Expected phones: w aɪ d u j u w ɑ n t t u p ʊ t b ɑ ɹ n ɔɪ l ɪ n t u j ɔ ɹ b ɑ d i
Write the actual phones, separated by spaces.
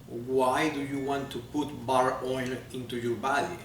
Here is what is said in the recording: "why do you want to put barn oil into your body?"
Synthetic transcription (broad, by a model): w aɪ d u j u w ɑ n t t u p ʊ t b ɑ ɹ ɔɪ n ɪ n t u j ɔ ɹ b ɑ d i